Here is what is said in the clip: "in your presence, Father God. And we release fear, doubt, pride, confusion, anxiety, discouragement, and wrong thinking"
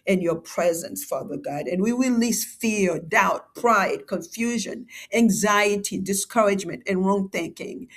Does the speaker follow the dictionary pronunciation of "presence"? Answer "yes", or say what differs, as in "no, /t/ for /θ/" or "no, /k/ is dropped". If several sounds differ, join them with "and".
yes